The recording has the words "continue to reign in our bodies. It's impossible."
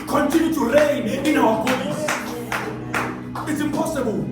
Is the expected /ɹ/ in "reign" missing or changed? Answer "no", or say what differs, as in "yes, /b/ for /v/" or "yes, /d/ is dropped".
yes, /l/ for /ɹ/